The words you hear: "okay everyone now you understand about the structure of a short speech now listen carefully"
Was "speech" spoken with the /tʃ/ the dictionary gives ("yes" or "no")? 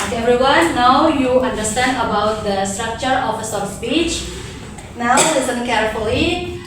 yes